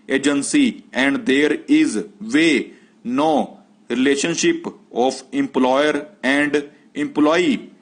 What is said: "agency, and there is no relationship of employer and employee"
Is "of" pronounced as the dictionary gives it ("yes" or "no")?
no